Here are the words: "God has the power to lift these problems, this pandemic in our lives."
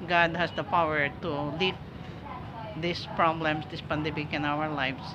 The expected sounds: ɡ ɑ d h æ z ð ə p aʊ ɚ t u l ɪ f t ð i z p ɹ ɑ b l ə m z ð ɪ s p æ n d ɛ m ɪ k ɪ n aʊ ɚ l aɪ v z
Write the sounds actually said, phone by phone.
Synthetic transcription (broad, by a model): ɡ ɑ d h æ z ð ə p aʊ ɚ t u l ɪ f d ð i s p ɹ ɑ b l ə m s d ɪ s p æ n d ɛ m ɪ k ɪ n aʊ ɚ l aɪ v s